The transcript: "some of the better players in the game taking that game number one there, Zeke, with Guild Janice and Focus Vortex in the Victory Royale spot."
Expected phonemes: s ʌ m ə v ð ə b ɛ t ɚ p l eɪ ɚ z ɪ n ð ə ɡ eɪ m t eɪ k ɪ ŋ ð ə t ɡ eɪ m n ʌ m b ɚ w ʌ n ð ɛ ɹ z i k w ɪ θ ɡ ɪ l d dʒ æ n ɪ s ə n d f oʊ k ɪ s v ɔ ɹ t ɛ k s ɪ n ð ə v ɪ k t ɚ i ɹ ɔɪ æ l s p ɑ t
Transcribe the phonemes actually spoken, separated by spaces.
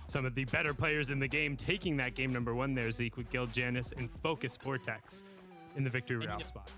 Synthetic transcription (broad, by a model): s ʌ m ə v ð ə b ɛ t ɚ p l eɪ ɚ z ɪ n ð ə ɡ eɪ m t eɪ k ɪ ŋ ð ə t ɡ eɪ m n ʌ m b ɚ w ʌ n ð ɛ ɹ z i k w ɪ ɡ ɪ l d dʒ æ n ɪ s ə n f oʊ k ɪ s f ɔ ɹ t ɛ k s ɪ n ð ə v ɪ k t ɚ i ɹ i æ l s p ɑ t